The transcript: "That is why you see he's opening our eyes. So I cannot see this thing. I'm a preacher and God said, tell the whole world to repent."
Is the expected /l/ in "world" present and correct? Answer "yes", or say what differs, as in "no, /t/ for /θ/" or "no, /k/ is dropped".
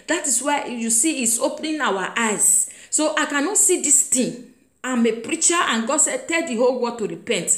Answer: no, /l/ is dropped